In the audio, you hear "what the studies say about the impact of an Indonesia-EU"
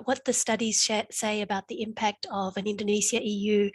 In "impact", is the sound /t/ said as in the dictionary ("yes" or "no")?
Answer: yes